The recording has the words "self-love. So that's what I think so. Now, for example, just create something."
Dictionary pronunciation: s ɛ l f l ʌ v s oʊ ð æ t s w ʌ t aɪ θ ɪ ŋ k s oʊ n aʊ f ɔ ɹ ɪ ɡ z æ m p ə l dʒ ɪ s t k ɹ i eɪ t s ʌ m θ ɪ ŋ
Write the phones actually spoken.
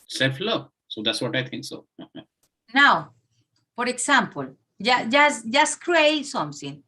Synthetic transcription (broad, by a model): s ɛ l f l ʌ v s oʊ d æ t s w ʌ t aɪ t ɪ ŋ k s oʊ n aʊ f ɔ ɹ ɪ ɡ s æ m p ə l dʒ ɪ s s k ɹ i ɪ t s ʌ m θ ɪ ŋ